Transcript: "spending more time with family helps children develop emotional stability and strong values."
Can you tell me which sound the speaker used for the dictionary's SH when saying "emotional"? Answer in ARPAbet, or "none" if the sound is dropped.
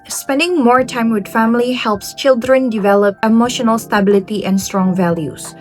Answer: SH